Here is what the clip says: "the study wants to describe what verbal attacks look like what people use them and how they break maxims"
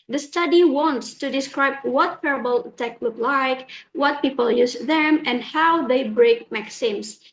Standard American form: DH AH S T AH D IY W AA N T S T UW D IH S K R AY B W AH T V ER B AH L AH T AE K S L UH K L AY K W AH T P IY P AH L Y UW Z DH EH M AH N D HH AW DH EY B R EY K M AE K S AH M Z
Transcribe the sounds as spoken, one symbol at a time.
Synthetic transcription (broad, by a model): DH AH S T AH D IY W AA N T S T UW D IH S K R AY B W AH T P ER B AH L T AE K L UH K L AY K W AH T P IY P AH L Y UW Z DH EH M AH N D HH AW DH EY B R EY K M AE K S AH M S